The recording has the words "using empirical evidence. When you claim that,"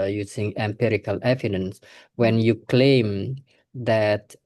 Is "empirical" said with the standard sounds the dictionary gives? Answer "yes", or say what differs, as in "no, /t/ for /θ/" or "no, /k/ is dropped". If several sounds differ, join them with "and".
yes